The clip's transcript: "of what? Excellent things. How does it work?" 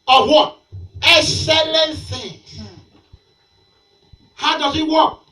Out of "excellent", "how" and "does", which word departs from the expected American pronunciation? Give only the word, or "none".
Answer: none